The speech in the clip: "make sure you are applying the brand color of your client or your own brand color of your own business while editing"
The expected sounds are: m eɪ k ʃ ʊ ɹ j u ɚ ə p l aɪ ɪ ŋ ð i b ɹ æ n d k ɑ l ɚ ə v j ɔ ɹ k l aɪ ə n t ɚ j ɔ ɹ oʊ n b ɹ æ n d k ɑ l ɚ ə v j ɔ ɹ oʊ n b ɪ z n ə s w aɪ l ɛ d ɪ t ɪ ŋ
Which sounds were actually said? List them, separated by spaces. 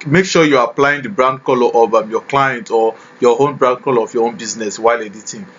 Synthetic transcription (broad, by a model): m eɪ k ʃ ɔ j u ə p l aɪ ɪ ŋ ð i b ɹ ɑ n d k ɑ l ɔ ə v j ɔ k l aɪ ə n t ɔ j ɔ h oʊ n b ɹ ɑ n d k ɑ l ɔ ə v j ɔ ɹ oʊ n b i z n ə s w aɪ l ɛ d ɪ t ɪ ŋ